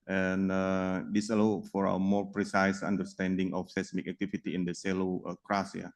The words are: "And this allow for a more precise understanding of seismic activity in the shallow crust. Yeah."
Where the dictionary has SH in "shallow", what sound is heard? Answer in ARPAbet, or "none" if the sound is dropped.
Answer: S